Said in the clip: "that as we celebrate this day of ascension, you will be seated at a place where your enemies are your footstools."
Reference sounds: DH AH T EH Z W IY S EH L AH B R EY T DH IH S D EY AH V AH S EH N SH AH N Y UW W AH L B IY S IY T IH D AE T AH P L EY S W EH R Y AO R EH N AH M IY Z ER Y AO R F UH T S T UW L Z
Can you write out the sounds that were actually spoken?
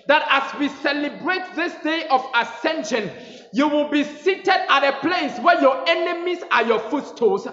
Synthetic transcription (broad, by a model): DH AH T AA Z W IY S EH L AH B R EY T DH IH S D EY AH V AH S EH N SH AH N Y UW W AH L B IY S IY T IH D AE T AH P L EY S W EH Y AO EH N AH M IY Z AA Y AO F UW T S T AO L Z